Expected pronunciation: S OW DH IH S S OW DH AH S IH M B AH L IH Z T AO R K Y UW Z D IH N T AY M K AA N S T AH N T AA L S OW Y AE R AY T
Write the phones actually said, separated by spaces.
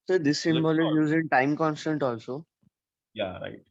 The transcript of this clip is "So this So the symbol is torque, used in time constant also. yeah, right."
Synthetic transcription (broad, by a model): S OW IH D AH S IH M B AH L IH Z Y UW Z IH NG T AY M K AA N S T AH N T AA L S OW Y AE R AY T